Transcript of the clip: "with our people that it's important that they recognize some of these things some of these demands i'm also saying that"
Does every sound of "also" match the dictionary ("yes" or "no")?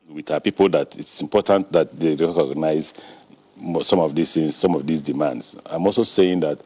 yes